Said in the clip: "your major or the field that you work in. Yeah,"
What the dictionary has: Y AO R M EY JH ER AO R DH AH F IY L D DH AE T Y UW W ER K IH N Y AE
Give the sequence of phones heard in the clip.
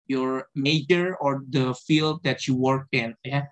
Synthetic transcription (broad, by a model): Y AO R M EY JH ER AO R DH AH F IY L D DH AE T Y UW W ER K IH N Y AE